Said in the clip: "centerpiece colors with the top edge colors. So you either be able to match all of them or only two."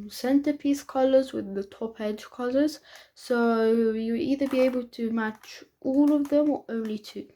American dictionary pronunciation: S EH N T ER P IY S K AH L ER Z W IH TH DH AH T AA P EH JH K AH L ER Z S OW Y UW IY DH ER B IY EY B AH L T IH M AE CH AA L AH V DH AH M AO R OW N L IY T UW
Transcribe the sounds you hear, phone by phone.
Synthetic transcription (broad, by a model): S EH N T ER P IY S K AH L ER Z W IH DH AH T AA P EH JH K AH L ER Z S OW Y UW IY DH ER B IY EY B AH L T IH M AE CH AA L AH V DH AH M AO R OW N L IY T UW